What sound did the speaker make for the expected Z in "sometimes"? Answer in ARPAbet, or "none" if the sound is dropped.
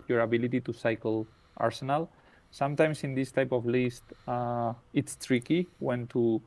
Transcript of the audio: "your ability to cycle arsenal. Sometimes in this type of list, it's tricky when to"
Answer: S